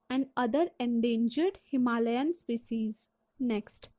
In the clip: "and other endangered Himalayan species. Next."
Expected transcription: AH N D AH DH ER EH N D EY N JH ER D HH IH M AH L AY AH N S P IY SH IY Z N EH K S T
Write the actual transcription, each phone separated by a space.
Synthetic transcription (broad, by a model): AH N D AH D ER EH N D EY N JH ER D HH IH M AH L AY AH N S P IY S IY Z N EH K S T